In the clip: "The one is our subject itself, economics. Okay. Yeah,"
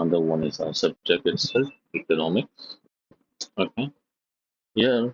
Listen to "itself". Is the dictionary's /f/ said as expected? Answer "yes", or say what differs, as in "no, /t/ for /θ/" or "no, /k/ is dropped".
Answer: no, /f/ is dropped